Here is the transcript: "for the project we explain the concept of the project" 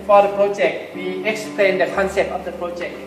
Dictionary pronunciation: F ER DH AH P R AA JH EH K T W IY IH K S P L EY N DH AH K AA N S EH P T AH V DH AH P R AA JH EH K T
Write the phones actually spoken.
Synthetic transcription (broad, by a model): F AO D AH P R AA JH EH K T W IY IH K S P L EY N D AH K AA N S EH P T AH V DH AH P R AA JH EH K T